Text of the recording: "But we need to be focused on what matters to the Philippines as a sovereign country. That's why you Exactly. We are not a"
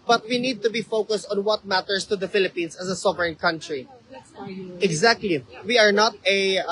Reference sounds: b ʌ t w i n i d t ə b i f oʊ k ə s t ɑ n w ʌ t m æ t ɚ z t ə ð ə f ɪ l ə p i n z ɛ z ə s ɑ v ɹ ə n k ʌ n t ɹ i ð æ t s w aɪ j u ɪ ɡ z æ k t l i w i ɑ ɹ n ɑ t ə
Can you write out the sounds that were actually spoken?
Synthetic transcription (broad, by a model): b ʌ t w i n i d t ə b i f oʊ k ə s t ɑ n w ʌ t m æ t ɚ s t ə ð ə f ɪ l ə p i n s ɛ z ə s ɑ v ɹ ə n k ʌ n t ɹ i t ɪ ɡ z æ k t l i w i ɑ ɹ n ɑ t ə